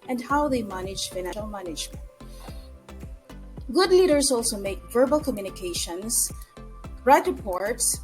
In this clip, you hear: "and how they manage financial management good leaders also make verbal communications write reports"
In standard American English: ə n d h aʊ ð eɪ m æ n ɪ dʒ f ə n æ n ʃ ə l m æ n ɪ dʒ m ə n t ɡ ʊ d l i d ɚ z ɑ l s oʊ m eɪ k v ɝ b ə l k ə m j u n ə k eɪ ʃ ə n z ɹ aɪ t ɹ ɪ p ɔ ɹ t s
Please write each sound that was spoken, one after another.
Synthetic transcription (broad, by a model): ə n d h aʊ ð eɪ m æ n ɪ dʒ f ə ɪ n ə l m æ n ɪ dʒ m ə n t ɡ ʊ d l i d ɚ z ɑ l s oʊ m eɪ k v ɝ b ə l k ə m j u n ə k eɪ ʃ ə n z ɹ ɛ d ɹ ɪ p ɔ ɹ t s